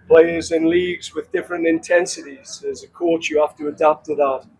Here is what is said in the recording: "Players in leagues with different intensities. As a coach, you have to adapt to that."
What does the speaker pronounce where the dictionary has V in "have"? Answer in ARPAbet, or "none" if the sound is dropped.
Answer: F